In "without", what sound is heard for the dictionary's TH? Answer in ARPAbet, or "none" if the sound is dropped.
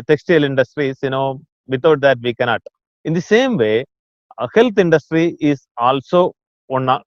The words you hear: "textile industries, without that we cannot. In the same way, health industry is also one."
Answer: T